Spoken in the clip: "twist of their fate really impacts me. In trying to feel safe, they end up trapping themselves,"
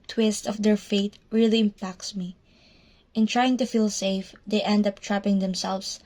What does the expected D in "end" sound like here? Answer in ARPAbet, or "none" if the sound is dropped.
D